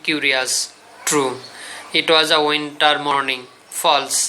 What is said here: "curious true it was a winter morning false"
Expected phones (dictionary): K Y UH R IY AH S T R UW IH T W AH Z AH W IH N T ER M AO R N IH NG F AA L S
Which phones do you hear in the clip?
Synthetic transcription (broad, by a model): K Y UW R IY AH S T R UW IH T W AH Z AH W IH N T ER M AO R N IH NG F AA L S